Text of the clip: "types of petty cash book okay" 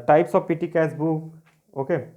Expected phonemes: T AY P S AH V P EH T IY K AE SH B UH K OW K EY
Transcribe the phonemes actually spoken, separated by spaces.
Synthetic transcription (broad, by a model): T AY P S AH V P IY T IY K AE S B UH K OW K EY